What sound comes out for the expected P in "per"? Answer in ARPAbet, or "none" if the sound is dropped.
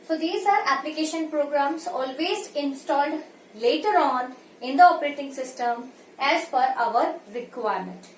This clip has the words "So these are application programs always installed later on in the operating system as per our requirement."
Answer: F